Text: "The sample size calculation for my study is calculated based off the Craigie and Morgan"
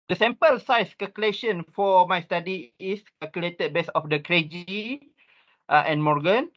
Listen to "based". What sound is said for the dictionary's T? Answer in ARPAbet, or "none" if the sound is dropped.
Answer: none